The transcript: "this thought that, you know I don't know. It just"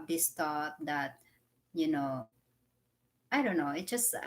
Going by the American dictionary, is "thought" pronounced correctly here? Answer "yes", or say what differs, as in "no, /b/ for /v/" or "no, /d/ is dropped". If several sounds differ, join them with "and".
no, /t/ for /θ/